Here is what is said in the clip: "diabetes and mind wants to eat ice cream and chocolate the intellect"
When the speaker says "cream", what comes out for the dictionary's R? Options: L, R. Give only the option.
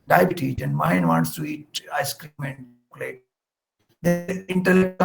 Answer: R